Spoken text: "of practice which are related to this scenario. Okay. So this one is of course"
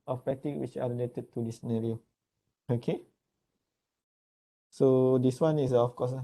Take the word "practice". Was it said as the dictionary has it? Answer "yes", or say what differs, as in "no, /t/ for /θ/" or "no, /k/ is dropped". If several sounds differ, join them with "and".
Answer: no, /ɹ/ is dropped